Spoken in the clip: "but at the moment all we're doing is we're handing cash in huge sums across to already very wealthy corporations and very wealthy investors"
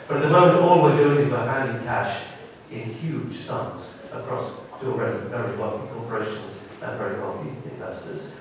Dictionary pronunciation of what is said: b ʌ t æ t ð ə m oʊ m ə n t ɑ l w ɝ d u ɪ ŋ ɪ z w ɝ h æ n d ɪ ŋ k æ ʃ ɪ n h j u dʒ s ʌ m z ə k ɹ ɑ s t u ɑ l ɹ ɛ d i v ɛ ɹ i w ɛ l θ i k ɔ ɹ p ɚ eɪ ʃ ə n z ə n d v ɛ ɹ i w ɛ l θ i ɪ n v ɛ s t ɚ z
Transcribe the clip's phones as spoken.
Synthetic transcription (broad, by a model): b ʌ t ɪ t ð ə m oʊ m ə n t ɑ l w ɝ d u ɪ ŋ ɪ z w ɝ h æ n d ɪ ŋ k æ ʃ ɪ n h j u dʒ s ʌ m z ə k ɹ ɑ s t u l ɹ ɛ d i v ɛ ɹ i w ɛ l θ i k ɔ ɹ p ɚ eɪ ʃ ə n z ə n v ɛ ɹ i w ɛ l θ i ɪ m v ɛ s t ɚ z